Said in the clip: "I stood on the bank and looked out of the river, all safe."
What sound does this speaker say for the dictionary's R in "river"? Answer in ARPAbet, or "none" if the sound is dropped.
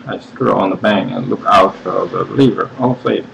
L